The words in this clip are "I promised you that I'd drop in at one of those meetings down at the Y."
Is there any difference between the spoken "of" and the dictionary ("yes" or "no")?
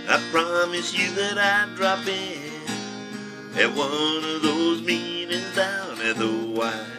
no